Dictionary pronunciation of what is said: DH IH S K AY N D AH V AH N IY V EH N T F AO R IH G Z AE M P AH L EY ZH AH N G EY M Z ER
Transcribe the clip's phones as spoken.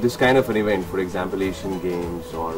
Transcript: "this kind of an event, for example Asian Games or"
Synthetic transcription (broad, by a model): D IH S K AY N D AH F AH N IY V EH N T F AO R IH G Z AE M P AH L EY SH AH N G EY M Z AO